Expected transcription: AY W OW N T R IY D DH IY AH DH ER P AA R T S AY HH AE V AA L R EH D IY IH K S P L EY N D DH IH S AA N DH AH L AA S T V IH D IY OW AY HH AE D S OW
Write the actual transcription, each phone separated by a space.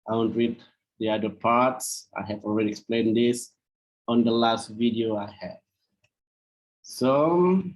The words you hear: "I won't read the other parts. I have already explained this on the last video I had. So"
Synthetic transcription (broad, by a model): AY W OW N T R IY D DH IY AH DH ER P AA R T S AY HH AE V AA L R EH D IY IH K S P L EY N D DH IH S AA N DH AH L AA S T V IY D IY OW AY HH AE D S OW